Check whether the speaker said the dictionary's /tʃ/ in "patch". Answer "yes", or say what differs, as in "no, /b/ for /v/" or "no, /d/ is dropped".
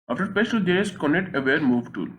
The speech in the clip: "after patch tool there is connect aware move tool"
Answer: no, /s/ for /tʃ/